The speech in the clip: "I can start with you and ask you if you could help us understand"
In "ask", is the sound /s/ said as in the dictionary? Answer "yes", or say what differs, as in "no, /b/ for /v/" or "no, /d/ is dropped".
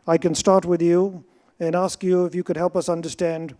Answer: yes